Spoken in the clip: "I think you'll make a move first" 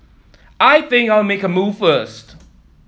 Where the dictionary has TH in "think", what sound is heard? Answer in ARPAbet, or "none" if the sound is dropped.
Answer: TH